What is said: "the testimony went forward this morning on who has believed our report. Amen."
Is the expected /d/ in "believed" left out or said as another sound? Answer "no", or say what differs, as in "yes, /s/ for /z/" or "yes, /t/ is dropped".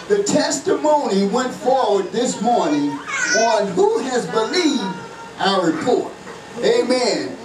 no